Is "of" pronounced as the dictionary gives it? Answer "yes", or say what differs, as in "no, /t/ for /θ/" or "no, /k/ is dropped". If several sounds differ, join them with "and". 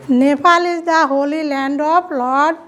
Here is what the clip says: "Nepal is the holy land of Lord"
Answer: no, /p/ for /v/